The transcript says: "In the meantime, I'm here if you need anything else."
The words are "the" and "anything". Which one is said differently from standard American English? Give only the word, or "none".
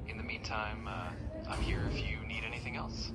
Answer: none